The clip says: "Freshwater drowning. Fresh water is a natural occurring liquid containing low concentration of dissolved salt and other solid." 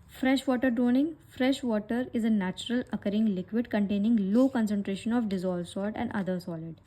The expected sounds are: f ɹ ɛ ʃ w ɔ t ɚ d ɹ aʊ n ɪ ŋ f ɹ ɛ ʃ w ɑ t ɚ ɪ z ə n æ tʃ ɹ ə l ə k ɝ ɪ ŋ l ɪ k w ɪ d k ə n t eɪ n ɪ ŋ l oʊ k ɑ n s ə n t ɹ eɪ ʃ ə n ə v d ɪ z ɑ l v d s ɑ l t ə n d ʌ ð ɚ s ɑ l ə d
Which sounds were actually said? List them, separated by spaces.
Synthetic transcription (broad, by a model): f ɹ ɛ ʃ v ɔ t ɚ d ɹ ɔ n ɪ ŋ f ɹ ɛ ʃ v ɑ t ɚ ɪ z ə n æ tʃ ɹ ə l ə k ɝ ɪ ŋ l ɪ k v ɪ d k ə n t eɪ n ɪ ŋ l oʊ k ɑ n s ə n t ɹ eɪ ʃ ə n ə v d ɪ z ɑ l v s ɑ t ə n d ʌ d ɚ s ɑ l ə d